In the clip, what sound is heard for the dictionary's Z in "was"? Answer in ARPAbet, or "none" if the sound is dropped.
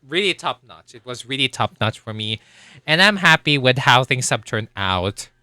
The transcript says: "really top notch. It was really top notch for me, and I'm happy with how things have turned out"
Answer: Z